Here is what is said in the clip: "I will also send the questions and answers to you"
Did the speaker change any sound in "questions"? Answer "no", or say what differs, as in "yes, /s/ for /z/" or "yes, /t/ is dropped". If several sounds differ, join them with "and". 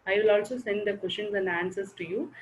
yes, /ʃ/ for /tʃ/